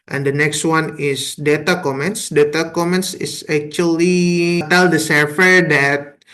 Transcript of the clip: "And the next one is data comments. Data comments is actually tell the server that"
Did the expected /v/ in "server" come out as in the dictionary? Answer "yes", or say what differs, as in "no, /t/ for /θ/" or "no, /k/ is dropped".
no, /f/ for /v/